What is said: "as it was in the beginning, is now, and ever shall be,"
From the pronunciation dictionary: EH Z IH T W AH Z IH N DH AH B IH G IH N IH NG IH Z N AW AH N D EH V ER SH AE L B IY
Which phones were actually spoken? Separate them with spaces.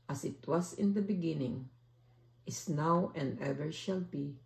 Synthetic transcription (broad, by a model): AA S IH T W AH S IH N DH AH B IH G IH N IH NG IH S N AW AH N D EH V ER SH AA L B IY